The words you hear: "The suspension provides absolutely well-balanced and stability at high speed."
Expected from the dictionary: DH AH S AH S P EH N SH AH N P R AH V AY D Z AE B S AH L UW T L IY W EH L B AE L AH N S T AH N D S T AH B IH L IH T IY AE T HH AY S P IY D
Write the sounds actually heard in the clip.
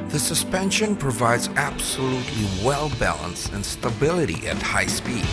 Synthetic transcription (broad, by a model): DH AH S AH S P EH N SH AH N P R AH V AY D Z AE B S AH L UW T L IY W EH L B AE L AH N S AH N S T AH B IH L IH T IY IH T HH AY S P IY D